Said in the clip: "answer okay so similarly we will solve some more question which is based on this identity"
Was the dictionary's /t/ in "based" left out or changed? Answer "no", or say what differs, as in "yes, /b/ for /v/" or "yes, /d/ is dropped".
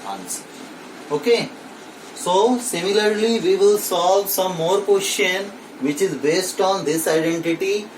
no